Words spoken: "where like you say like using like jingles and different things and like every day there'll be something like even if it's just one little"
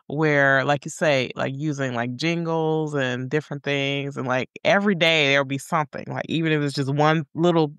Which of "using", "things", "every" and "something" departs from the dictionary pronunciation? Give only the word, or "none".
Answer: none